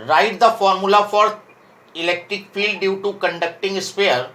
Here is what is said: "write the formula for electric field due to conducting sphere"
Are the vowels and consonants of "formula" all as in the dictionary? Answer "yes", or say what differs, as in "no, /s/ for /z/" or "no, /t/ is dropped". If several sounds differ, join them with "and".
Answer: yes